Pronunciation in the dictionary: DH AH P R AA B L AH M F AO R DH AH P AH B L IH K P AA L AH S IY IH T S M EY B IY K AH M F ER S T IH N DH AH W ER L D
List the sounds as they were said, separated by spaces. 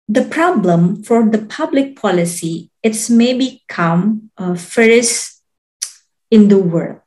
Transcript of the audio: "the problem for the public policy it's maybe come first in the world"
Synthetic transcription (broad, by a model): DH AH P R AA B L AH M F AO R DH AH P AH B L IH K P AA L AH S IY IH T S M EY B IY K AH M F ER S IH N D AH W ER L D